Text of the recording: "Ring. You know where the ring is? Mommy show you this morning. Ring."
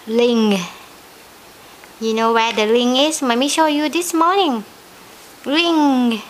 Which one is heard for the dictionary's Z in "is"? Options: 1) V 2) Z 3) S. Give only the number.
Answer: 3